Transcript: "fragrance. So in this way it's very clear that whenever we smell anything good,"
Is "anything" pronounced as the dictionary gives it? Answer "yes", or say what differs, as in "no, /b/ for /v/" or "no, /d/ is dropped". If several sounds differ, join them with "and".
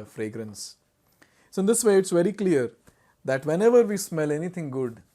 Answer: no, /t/ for /θ/